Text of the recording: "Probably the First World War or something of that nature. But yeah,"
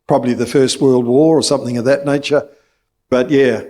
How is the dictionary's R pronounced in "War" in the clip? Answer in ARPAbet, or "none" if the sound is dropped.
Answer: R